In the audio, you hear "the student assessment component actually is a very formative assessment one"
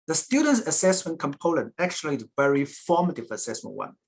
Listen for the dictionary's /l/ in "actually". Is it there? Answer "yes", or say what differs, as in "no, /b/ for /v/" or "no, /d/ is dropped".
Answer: no, /l/ is dropped